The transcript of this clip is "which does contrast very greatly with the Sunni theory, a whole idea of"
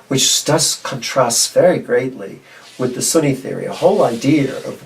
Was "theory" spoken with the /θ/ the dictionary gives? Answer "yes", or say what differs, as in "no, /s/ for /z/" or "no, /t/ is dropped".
yes